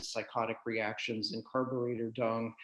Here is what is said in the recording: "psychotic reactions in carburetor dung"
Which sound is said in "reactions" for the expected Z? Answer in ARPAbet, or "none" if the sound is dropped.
Z